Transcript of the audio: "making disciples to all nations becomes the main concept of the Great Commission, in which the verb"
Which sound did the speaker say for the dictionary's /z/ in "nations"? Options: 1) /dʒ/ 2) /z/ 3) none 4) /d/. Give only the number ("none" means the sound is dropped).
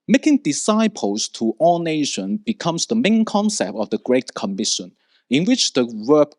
3